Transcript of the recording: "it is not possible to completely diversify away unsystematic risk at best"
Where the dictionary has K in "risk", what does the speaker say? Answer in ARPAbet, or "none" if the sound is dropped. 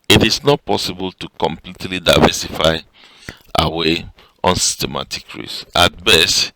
none